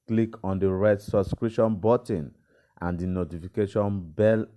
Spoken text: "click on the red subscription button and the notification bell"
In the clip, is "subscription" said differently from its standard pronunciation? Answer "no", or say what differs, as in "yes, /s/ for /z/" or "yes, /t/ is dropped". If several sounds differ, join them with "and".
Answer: yes, /p/ is dropped